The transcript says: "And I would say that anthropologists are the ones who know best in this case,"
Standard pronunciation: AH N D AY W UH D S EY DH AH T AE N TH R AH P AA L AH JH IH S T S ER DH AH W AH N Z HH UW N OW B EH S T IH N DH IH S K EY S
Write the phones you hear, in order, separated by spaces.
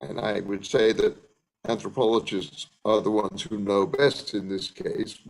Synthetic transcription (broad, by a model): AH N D AY W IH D S EY DH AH T AE N TH R AH P AA L AH JH IH S T S ER DH AH W AH N Z HH UW N OW B EH S T IH N DH IH S K EY S